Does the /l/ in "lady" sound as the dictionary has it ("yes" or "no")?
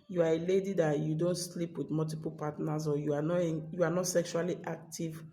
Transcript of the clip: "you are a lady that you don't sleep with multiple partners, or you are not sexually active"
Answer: yes